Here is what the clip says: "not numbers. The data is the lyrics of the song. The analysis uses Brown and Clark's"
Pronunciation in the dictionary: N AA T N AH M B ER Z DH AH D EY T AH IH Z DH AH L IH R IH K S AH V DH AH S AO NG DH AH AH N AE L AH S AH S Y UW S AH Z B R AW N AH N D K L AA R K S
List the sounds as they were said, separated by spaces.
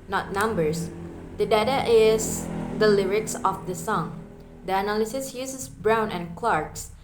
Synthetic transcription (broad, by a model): N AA T N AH M B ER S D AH D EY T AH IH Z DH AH L IH R IH K S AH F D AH S AO NG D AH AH N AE L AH S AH S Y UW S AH S B R AW N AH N K L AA R K S